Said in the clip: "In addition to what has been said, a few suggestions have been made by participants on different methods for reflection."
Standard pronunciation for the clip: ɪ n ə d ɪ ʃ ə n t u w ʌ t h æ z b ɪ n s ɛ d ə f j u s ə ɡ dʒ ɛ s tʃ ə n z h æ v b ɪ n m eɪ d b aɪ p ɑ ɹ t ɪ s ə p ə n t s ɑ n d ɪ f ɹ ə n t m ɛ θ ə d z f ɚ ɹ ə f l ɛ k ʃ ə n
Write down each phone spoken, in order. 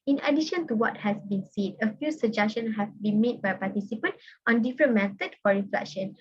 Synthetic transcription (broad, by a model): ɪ n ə d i ʃ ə n t u w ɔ t h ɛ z b ɪ n s ɛ d ə f j u s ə dʒ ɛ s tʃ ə n h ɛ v b ɪ n m eɪ d b aɪ p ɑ t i s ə p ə n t ɑ n d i f ɹ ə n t m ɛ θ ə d f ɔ ɹ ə f l ɛ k ʃ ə n